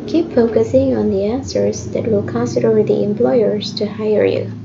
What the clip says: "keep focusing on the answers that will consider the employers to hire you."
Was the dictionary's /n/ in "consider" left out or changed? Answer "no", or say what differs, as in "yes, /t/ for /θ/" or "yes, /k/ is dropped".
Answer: yes, /n/ is dropped